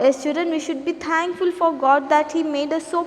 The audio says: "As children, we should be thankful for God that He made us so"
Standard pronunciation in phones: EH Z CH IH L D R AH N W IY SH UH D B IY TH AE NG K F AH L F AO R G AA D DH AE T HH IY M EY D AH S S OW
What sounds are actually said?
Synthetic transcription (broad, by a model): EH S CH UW D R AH N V IY SH UH D B IY T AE NG K F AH L F AO R G AA D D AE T HH IY M EY D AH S S OW